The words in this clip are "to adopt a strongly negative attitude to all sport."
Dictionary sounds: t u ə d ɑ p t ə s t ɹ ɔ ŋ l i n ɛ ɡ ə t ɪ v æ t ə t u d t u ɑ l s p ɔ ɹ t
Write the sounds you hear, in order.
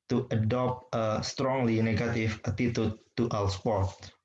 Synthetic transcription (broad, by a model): t u ə d ɑ p t ə s t ɹ ɔ ŋ l i n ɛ ɡ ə t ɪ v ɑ t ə t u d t u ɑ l s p ɔ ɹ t